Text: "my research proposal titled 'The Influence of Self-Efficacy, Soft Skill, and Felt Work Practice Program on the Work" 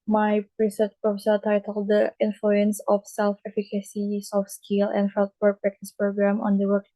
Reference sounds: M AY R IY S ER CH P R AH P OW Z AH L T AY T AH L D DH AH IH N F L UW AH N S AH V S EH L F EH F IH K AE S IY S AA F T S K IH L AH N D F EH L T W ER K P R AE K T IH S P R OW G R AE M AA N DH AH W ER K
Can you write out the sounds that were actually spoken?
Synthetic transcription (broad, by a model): M AY R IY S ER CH P R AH F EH S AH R T AY T AH L D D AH IH N F L UW AH N S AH F S EH L F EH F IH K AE S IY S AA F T S K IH L AH N D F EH L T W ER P R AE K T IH S P R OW G R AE M AA N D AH W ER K